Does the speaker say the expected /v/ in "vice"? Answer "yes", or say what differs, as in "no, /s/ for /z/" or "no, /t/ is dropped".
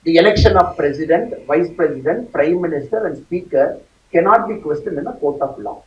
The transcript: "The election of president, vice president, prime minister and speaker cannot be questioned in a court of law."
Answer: yes